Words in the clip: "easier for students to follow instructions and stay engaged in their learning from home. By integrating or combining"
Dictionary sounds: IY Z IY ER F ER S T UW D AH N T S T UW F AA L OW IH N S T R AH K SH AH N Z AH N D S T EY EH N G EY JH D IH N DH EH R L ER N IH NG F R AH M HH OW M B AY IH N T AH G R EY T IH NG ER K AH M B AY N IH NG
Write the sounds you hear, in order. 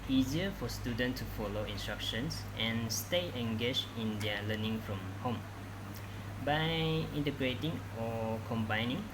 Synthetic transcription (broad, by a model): IY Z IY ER F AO S T UW D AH N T T UW F AA L OW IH N S T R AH K SH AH N S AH N S T EY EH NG G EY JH IH N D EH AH L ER N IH NG F R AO M HH OW M B AY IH N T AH G R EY T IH NG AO K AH M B AY N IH NG